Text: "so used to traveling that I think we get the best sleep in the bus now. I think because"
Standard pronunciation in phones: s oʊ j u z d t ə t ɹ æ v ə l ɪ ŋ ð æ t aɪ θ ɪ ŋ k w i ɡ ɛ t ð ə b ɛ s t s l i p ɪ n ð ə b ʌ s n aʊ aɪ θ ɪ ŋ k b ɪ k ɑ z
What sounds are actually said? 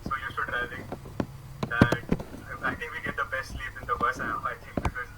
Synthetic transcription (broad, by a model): s oʊ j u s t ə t ɹ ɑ ə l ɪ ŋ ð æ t aɪ t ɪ ŋ k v i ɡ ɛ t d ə b ɛ s t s l i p ɪ n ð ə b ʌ s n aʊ aɪ t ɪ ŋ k b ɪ k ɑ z